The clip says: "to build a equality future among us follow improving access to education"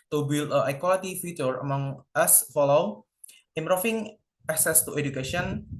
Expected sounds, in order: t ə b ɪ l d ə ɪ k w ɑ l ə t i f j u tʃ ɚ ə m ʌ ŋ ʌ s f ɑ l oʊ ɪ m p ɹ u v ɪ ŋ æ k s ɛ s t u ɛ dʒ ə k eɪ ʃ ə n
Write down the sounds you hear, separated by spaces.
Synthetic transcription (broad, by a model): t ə b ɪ l ə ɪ k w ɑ l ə t i f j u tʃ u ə m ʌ ŋ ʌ s f ɑ l oʊ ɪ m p ɹ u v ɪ ŋ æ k s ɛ s t u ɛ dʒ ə k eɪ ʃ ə n